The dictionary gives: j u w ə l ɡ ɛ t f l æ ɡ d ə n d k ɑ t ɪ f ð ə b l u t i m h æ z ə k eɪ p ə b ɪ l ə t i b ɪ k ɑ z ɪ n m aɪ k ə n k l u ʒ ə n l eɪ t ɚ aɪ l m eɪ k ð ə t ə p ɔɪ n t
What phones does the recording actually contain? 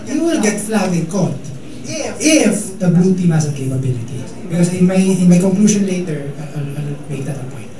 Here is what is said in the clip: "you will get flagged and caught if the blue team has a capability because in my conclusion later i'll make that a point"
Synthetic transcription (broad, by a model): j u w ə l ɡ ɛ t f l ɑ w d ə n k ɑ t ɪ f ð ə b u t i m h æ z ə k eɪ p ə b ɪ l ə t i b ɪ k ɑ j ɪ n m aɪ k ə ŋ k l u ʃ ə n l eɪ t ɚ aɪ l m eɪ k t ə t ə p ɔɪ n t